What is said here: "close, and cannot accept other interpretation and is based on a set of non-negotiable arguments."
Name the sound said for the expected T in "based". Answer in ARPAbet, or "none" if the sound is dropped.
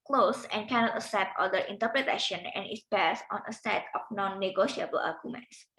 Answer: none